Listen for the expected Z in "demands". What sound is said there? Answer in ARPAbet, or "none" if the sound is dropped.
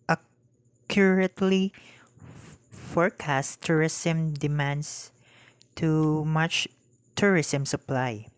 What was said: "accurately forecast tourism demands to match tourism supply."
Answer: S